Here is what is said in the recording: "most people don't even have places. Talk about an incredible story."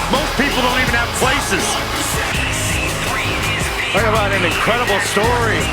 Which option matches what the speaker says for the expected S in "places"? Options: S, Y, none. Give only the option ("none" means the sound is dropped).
S